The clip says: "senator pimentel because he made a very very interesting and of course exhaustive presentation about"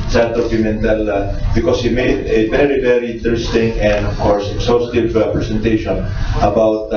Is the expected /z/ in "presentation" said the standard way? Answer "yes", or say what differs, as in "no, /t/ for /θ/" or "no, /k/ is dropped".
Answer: no, /s/ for /z/